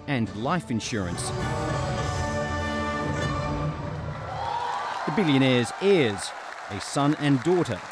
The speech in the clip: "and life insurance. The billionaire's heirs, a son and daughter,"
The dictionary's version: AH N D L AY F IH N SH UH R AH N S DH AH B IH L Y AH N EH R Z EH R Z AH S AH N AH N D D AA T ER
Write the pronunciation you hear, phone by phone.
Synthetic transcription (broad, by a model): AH N L AY F IH N SH UH R AH N S DH AH B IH L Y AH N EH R Z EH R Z AH S AH N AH N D D AA T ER